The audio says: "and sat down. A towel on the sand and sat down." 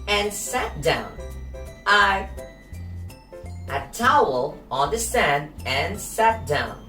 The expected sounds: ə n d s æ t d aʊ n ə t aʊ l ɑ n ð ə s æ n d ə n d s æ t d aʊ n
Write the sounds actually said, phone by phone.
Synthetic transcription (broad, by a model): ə n s æ t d aʊ n ə t aʊ l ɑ n ð ə s æ n d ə n s æ t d aʊ n